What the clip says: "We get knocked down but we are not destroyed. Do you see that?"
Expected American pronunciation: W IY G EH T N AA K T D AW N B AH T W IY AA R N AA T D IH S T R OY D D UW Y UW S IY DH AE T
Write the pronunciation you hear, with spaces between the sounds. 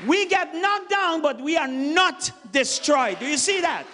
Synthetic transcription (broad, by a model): W IY G EH T N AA T D AW N B AH T W IY AA R N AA T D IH S T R OY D D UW Y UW S IY DH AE T